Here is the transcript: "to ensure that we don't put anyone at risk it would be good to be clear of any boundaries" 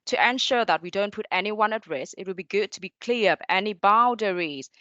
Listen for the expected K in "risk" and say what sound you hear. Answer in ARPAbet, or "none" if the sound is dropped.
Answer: none